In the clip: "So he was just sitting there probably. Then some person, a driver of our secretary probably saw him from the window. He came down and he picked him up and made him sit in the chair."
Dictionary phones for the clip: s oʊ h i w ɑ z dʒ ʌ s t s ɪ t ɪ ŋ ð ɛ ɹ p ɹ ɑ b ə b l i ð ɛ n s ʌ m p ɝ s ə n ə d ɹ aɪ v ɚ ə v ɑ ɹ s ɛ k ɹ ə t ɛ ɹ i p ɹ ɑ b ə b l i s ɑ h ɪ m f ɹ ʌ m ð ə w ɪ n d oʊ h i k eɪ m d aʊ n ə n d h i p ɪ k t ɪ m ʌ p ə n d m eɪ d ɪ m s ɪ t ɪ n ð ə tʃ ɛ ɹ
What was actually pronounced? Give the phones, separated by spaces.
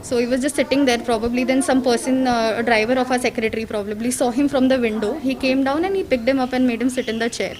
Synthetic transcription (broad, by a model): s oʊ h i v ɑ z dʒ ʌ s t s ɪ t ɪ ŋ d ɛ ɹ p ɹ ɑ b ə b l i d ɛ n s ʌ m p ɝ s ə n ə d ɹ aɪ v ɚ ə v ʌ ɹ s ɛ k ɹ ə t ɹ i p ɹ ɑ b ə b l i s ɑ h ɪ m f ɹ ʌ m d ə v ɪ n d oʊ h i k eɪ m d aʊ n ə n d h i p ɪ k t ɪ m ʌ p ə n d m eɪ d ɪ m s ɪ t ɪ n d ə tʃ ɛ ɹ